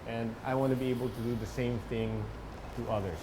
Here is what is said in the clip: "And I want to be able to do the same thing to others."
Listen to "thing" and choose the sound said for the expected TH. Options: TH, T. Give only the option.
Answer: TH